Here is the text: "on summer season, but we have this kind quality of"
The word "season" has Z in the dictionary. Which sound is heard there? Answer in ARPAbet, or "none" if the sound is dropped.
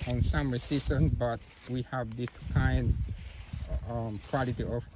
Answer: S